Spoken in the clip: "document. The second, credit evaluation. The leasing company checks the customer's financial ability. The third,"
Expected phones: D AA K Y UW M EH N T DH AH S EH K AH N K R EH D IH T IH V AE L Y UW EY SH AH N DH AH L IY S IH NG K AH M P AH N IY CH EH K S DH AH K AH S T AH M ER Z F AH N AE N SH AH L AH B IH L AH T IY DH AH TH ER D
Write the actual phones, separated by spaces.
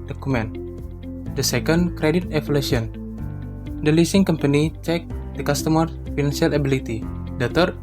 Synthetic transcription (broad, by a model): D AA K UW M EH N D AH S EH K AH N K R EH D IH T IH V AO L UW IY AH N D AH L IY S IH NG K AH M P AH N IY CH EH K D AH K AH S T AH M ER F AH N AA N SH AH L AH B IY L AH T IY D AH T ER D